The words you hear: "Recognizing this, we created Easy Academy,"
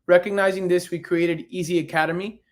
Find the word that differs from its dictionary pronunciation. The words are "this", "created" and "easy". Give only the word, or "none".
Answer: none